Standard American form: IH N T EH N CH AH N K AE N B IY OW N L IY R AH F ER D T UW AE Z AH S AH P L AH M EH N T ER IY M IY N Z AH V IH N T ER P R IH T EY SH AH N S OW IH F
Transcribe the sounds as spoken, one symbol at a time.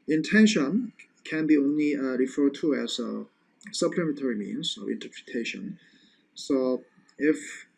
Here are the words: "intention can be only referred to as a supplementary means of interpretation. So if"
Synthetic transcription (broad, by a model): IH N T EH N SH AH N K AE N B IY OW N L IY R AH F ER D T UW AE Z AH S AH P L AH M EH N T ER IY M IY N Z AH V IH N T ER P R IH T EY SH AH N S OW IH F